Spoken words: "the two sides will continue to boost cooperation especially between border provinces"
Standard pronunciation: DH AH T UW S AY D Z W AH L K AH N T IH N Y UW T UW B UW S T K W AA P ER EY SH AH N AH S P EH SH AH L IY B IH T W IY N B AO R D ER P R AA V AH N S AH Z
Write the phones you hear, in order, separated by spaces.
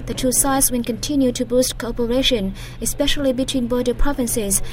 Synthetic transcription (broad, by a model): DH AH T UW S AY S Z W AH N K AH N T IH N Y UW T UW B UW S T K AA P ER EY SH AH N AH S P EH SH AH L IY B IH T W IY N B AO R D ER P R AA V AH N S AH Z